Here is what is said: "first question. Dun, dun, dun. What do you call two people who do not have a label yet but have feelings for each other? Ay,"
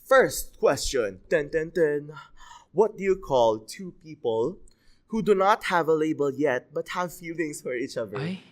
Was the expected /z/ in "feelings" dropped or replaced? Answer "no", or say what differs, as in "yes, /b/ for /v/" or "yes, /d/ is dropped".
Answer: yes, /s/ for /z/